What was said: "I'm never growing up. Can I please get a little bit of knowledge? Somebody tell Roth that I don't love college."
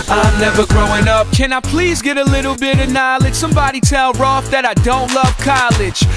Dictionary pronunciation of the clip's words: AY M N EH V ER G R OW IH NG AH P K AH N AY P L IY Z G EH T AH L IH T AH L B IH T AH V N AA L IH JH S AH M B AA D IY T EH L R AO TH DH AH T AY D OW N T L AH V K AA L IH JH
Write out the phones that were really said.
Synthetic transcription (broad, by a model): AY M N EH V ER G R OW IH NG AH P K AH N AY P L IY Z G EH T AH L IH T L B IH T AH N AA L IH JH S AH M B AA D IY T EH L R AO F DH AH T AY D OW N T L AH V K AA L IH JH